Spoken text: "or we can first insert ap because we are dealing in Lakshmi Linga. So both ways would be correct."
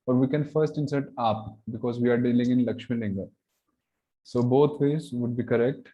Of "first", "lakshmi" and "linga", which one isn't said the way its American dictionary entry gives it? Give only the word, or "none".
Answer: none